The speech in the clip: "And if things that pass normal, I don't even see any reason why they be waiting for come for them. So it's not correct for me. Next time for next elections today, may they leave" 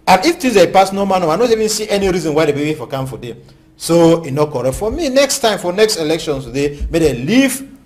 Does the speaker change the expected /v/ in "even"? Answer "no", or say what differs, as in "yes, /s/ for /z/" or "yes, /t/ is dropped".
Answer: no